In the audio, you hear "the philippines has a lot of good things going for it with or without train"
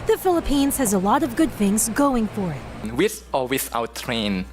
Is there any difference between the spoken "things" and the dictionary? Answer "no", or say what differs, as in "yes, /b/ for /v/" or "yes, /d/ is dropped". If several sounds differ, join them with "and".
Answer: no